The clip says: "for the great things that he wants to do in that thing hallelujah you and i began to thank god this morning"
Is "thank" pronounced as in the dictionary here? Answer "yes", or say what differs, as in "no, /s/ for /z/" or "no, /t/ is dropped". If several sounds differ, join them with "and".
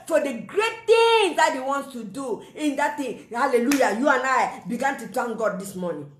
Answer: no, /t/ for /θ/